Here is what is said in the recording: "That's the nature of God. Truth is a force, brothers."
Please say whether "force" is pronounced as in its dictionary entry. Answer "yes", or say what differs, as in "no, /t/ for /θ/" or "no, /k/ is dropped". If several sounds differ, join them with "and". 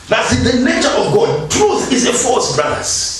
no, /l/ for /ɹ/